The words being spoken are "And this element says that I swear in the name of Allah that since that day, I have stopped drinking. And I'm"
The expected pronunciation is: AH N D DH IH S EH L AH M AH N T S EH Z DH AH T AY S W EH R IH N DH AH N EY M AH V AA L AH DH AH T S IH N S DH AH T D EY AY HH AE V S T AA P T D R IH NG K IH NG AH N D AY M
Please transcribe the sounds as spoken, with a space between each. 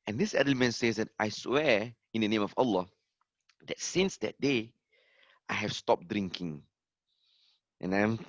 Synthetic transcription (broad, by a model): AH N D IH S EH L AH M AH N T S EH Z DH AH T AY S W EH IH N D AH N EY M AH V AA L AH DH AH T S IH N S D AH T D EY AY HH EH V S T AA P D R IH NG K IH NG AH N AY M